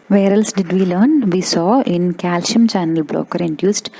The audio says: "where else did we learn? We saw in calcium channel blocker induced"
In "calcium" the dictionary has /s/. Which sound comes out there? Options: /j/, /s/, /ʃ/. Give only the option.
/ʃ/